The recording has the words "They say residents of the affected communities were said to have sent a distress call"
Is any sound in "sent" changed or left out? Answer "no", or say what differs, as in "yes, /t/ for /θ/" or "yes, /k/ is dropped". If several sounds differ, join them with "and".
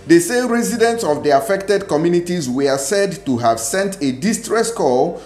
no